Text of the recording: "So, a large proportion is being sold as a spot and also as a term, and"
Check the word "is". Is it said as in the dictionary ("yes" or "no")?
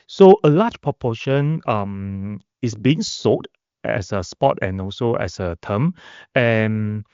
no